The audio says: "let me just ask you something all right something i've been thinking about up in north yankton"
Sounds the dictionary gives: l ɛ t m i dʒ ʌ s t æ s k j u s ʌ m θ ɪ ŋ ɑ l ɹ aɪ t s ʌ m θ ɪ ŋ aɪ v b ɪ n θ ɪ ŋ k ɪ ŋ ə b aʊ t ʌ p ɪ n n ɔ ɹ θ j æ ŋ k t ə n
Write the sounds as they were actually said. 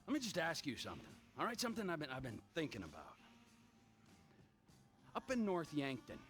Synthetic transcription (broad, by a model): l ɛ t m i dʒ ʌ s t æ s k j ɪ s ʌ m θ ɪ ŋ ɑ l ɹ aɪ t s ʌ m θ ɪ ŋ aɪ v b ɪ n θ ɪ ŋ k ɪ ŋ ə b aʊ t ʌ p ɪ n n ɔ ɹ θ j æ ŋ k t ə n